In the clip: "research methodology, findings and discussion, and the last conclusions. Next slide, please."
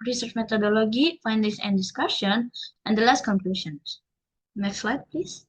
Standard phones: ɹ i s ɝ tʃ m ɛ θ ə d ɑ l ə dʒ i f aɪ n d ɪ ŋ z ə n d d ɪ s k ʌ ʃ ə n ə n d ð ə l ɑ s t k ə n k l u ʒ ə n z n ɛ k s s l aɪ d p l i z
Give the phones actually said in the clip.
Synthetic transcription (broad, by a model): ɹ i s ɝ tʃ m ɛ t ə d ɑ l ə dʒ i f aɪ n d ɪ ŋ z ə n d d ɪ s k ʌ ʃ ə n ə n d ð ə l ɑ s t k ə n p l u ʃ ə n s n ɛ k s s l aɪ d p l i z